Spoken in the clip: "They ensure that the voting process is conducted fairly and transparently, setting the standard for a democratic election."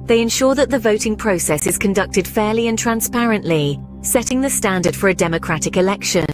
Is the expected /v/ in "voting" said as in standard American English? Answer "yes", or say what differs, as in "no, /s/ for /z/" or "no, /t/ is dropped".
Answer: yes